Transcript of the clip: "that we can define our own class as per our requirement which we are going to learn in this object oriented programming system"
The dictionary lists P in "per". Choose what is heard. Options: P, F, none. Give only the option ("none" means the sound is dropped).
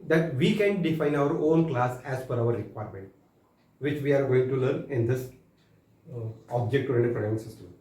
F